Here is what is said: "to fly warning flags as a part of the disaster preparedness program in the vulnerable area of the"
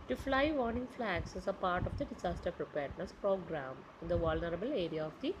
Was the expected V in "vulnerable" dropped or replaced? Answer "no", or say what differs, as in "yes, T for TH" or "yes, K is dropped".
no